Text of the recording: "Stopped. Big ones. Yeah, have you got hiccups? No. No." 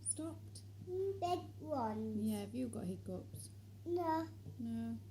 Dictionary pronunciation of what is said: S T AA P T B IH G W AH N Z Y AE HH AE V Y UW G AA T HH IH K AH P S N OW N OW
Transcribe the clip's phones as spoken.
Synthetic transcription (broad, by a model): S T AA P T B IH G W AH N Y AE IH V Y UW G AA T HH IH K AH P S N OW N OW